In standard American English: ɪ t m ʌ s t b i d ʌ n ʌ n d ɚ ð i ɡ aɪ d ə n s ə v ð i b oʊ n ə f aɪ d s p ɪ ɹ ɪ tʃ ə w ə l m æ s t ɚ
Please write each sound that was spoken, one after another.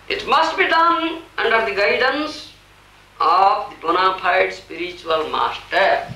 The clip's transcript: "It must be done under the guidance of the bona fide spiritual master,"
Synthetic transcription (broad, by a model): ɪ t m ʌ s t b i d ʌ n ʌ n d ɚ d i ɡ aɪ d ə n s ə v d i b oʊ n ə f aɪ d s p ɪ ɹ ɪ tʃ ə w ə l m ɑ s t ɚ